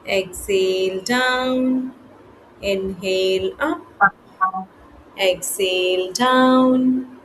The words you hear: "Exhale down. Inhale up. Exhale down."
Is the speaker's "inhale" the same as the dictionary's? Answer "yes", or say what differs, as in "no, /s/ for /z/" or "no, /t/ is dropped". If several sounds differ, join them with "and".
yes